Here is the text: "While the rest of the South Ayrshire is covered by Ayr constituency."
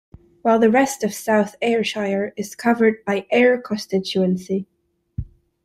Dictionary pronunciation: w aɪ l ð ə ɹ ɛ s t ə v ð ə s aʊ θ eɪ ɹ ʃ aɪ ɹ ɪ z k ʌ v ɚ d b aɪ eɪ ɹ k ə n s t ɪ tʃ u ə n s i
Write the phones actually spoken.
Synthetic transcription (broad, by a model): w aɪ l ð ə ɹ ɛ s t ə v s aʊ θ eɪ ɹ ʃ aɪ ɹ ɪ z k ʌ v ɚ d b aɪ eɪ ɹ k ə n s t ɪ tʃ u ə n s i